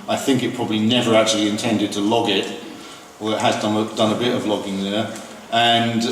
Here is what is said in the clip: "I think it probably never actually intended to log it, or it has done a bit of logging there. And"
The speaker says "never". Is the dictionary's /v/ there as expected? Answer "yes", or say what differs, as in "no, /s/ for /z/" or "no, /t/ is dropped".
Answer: yes